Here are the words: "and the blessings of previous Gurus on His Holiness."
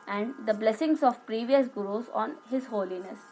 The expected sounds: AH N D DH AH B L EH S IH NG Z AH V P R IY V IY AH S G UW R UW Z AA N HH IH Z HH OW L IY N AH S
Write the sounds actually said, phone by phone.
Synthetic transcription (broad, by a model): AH N D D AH B L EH S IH NG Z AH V P R IY V IY AH S G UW R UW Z AA N HH IH Z HH OW L IY N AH S